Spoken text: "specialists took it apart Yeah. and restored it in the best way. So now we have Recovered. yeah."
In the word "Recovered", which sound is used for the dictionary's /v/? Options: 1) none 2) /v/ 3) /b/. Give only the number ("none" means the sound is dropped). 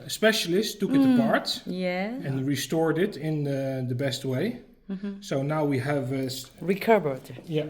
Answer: 3